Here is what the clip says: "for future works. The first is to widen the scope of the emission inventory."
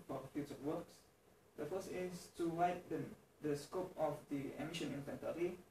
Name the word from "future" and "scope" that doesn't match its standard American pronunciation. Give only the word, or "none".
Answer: future